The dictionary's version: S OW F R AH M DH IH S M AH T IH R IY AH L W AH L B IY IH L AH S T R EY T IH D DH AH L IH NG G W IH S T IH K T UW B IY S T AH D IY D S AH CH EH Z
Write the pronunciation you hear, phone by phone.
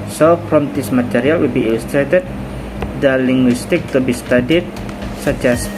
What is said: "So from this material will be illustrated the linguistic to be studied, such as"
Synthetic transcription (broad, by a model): S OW P R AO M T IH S M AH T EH R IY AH L W AH L B IY L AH S T R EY T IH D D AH L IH NG G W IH S T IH K T UW B IY S T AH D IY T S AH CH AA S